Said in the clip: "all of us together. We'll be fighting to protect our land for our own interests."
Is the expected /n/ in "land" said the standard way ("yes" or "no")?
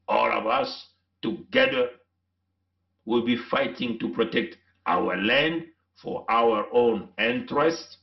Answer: yes